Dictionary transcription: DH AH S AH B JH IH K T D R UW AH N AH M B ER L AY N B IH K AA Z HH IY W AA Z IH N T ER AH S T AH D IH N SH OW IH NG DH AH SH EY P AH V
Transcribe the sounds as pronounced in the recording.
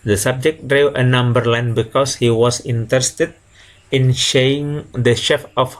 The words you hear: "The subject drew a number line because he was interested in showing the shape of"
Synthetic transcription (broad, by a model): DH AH S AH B JH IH K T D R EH AH N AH M B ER L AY N B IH K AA S HH IY W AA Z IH N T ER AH S T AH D IH N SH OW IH NG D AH SH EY F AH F